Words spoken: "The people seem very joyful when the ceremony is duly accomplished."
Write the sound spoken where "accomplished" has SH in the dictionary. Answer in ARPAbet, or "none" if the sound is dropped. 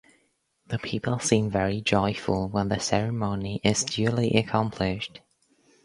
SH